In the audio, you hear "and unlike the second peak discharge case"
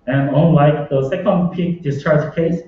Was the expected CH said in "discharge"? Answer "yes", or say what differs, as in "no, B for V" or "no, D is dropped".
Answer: yes